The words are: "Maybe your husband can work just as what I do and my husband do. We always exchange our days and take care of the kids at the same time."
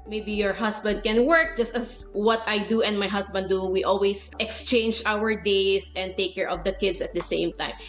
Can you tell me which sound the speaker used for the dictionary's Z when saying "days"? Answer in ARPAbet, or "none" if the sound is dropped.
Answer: S